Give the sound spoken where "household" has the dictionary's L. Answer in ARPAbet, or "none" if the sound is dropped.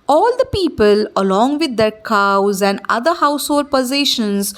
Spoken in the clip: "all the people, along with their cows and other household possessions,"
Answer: none